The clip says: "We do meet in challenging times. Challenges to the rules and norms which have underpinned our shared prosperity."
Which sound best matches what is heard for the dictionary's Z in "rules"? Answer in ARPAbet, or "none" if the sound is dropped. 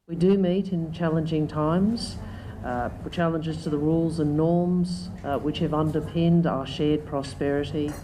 Z